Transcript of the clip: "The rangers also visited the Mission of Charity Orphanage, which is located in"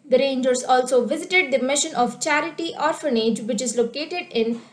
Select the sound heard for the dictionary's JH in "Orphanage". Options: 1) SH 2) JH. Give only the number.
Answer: 2